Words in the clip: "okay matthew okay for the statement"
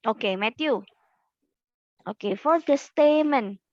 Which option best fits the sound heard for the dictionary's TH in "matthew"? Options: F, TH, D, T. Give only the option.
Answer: T